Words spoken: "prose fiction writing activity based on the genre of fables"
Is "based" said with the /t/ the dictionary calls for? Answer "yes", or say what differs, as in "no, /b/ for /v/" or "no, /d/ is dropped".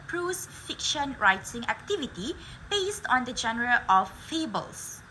yes